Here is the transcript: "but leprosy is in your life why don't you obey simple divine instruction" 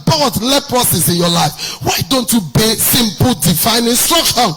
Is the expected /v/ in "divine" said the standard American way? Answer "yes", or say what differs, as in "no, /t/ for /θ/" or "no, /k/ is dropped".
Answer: no, /f/ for /v/